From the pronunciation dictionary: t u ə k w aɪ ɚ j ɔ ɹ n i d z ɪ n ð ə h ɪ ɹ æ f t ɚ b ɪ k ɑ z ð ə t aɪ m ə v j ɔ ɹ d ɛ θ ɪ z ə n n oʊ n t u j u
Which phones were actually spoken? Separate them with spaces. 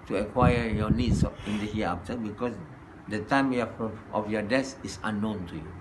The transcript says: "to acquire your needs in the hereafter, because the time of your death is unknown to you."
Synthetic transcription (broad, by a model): t u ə k w aɪ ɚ j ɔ n i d s ɪ n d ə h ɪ ɑ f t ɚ b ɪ k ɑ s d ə t aɪ m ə f j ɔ d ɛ s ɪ s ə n n oʊ n t u j u